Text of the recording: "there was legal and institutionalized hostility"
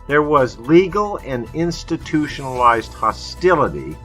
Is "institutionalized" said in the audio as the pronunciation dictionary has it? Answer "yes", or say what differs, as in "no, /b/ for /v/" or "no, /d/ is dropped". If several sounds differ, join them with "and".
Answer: yes